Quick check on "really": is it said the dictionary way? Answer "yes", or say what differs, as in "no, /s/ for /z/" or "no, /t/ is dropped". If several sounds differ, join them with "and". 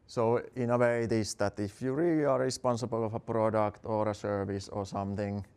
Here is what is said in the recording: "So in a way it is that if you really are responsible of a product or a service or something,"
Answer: no, /l/ is dropped